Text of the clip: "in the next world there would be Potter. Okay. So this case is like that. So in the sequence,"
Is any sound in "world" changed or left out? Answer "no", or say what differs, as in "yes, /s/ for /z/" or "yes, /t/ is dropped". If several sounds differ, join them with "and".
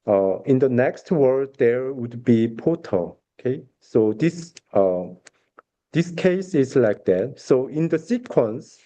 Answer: yes, /l/ is dropped